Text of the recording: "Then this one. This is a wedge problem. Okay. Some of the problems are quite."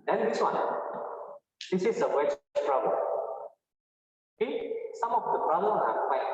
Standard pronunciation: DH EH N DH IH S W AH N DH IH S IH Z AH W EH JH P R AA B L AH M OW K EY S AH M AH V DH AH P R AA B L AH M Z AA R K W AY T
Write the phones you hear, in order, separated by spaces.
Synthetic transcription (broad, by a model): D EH N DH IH S W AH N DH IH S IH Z AH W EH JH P R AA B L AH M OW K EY S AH M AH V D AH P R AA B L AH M AA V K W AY